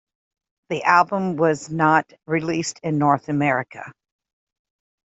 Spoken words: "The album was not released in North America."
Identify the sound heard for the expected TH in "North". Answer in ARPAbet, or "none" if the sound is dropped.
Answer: TH